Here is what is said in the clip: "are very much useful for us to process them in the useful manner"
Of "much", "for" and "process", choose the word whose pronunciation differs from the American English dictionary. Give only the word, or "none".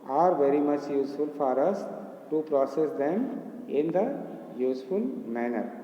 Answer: none